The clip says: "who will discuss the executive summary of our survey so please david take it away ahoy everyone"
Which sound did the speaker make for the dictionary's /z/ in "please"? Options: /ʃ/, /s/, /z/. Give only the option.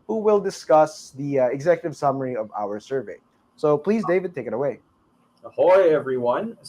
/z/